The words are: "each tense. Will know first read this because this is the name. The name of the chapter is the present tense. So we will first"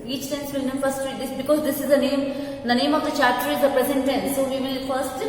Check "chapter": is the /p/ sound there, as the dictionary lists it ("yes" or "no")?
no